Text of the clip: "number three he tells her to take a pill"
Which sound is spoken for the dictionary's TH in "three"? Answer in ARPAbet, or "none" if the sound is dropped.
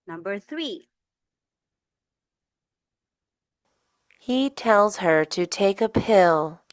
TH